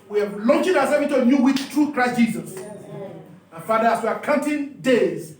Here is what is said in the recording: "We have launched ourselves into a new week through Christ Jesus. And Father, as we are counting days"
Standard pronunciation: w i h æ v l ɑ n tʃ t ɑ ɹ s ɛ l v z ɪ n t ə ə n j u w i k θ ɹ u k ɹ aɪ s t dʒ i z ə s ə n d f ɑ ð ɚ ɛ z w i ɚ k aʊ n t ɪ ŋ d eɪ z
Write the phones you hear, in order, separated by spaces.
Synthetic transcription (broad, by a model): w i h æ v l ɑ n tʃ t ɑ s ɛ v ɪ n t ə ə n j u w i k t ɹ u k ɹ aɪ s t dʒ i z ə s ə f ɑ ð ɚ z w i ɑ k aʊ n t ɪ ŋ d eɪ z